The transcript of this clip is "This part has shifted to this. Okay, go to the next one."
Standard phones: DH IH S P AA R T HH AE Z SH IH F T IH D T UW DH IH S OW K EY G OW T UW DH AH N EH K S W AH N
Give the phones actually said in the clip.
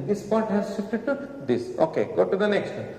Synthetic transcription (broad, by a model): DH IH S P AA R T HH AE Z S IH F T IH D T UW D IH S OW K EY G OW T UW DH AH N EH K S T